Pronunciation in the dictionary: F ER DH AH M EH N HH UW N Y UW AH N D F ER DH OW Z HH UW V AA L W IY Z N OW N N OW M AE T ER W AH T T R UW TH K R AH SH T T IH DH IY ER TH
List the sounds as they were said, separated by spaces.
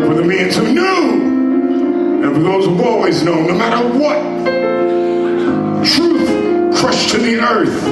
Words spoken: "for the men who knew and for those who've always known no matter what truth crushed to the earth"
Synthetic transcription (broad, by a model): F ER DH AH M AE N HH UW N Y UW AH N F ER DH OW Z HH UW AA L W IY Z N OW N N OW M AE T ER W AH T T R UW TH K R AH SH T T IH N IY ER TH